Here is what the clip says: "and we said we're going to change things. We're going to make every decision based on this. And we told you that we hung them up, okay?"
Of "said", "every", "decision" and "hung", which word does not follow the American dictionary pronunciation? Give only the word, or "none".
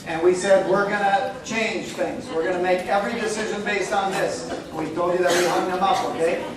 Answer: none